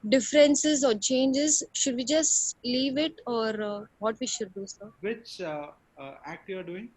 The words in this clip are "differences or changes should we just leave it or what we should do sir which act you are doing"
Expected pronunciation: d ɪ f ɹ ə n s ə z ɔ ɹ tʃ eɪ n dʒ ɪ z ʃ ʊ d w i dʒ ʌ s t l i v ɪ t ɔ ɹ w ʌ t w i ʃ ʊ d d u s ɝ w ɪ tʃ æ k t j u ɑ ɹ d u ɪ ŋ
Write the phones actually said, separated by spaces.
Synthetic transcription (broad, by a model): d ɪ f ɹ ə n s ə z ɔ ɹ tʃ eɪ n dʒ ɪ z ʃ ʊ d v i dʒ ʌ s t l i v ɪ t ɔ ɹ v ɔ t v i ʃ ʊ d d u s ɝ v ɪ tʃ æ k t j u ɑ ɹ d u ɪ ŋ